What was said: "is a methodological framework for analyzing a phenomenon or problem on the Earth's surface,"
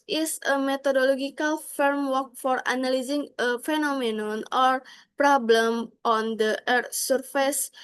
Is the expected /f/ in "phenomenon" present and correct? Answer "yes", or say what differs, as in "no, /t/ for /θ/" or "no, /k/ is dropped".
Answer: yes